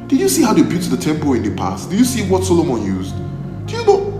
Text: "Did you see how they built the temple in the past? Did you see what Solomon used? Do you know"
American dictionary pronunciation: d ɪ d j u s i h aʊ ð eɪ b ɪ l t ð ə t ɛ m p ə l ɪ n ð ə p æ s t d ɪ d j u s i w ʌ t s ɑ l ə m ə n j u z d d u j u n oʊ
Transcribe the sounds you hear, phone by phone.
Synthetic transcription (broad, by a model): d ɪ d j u s i h aʊ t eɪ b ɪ t ð ə t ɛ m p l ɪ n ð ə p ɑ s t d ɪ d j u s i w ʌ t s ɑ l ə m ə n j u z d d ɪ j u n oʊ